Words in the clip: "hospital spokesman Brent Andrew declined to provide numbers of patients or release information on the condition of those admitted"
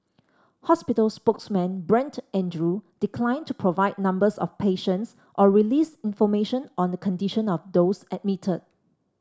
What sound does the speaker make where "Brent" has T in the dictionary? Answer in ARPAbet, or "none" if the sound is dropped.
T